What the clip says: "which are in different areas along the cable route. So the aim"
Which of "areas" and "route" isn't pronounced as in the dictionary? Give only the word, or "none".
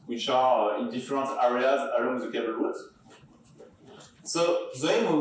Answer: route